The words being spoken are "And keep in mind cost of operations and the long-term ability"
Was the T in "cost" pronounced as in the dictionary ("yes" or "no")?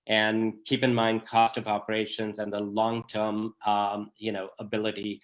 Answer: yes